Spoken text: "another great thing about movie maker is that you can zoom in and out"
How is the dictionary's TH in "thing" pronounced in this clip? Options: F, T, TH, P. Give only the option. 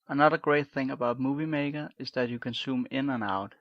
TH